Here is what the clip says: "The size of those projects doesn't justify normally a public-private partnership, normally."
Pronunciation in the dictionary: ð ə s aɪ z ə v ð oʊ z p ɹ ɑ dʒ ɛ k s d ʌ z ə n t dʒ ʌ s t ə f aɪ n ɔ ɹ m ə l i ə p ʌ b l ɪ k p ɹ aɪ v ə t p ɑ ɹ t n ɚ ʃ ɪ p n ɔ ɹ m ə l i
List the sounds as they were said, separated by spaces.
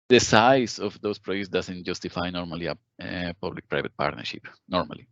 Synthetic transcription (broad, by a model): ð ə s aɪ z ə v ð oʊ s p ɹ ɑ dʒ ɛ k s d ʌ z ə n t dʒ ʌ s t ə f aɪ n ɔ ɹ m ə l i ə p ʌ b l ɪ k p ɹ aɪ v ə t p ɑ ɹ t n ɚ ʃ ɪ p n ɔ ɹ m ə l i